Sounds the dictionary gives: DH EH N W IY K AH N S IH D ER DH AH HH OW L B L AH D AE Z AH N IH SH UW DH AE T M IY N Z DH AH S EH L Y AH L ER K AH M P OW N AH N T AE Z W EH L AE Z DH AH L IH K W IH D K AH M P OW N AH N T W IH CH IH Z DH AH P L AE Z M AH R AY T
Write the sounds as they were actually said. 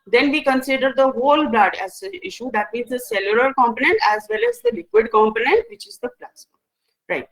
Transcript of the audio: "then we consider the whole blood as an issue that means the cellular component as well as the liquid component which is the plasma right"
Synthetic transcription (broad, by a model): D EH N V IY K AH N S IH D ER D AH HH OW L B L AH D AE Z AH IH SH UW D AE T M IY N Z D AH S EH L Y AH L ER K AH M P OW N AH N T AE Z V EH L AE Z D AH L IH K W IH D K AH M P OW N AH N T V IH CH IH Z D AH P L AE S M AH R AY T